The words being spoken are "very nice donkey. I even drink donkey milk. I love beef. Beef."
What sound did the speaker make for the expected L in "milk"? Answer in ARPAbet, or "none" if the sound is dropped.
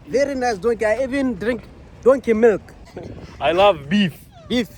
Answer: L